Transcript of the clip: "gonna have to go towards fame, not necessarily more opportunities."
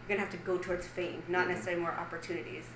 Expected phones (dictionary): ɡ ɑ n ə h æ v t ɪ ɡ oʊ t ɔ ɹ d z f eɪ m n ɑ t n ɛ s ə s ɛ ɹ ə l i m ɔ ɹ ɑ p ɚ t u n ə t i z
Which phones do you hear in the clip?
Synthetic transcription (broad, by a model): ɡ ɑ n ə h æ f t ɪ ɡ oʊ t ɔ ɹ d z f eɪ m n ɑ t n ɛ s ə s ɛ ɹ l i m ɔ ɹ ɑ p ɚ t u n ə t i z